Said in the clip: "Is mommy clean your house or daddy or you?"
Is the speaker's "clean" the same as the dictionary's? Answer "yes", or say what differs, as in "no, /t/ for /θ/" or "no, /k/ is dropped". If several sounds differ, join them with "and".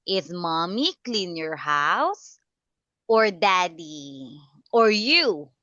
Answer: yes